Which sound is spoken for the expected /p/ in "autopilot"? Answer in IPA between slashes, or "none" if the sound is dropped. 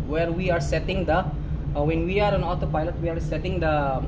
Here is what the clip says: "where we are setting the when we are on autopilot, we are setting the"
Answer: /p/